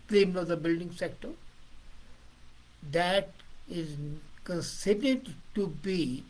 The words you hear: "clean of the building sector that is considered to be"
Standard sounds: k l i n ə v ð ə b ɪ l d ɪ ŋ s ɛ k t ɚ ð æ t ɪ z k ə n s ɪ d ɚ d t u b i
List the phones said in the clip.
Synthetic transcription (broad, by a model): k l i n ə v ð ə b ɪ l d ɪ ŋ s ɛ k t ɚ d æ t ɪ z k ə n s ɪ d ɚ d t u b i